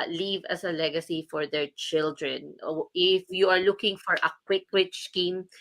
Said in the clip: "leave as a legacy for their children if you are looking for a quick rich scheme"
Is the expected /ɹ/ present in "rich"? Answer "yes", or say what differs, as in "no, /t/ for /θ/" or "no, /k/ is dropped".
no, /w/ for /ɹ/